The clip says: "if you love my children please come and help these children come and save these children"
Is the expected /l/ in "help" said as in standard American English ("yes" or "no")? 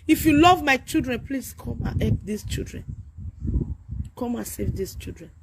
no